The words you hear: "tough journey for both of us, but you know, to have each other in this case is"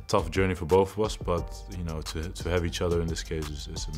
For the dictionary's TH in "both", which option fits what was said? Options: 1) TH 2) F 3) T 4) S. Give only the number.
1